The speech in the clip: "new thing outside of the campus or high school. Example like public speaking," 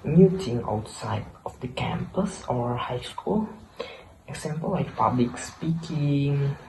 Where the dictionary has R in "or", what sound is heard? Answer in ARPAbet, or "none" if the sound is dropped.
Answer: R